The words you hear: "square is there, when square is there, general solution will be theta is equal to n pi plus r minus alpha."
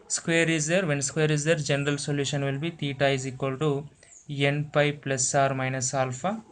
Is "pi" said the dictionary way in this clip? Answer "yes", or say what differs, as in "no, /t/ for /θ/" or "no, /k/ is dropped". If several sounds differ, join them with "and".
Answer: yes